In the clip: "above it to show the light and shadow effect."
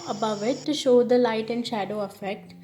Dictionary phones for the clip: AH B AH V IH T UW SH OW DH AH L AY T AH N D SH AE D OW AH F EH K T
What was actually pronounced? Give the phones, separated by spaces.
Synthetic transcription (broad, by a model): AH B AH V IH T UW SH OW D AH L AY T AH N D SH AE D OW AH F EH K T